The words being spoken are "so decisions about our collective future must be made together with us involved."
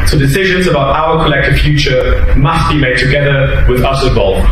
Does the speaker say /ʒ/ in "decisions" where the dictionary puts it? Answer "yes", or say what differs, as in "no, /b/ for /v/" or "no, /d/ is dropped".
yes